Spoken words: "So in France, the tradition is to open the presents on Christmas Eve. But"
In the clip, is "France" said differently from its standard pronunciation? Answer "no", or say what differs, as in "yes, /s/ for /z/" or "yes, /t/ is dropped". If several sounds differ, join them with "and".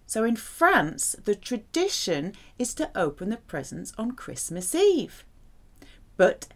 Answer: no